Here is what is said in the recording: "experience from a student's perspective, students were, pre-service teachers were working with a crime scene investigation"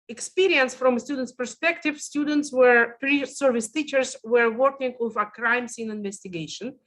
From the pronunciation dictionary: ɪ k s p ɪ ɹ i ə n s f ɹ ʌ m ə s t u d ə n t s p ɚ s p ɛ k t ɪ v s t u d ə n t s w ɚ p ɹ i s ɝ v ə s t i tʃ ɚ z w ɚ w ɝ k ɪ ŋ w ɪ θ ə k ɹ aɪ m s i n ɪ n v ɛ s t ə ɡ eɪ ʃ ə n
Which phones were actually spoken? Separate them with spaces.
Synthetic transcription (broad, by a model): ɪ k s p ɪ ɹ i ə n s f ɹ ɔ m s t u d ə n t s p ɚ s p ɛ k t ɪ v s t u d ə n t s w ɚ p ɹ i s ɝ v ə s t i tʃ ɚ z w ɚ w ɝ k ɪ ŋ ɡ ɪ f ə k ɹ aɪ m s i n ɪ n v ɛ s t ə ɡ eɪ ʃ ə n